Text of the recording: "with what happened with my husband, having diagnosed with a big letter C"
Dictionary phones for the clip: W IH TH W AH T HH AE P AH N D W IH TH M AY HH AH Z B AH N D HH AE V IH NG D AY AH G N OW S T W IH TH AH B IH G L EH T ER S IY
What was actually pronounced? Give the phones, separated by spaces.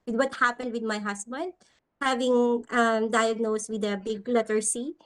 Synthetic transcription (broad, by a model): W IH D W AH T HH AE P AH N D W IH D M AY HH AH S B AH N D HH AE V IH NG D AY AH G N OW S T W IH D AH B IH G L EH T ER S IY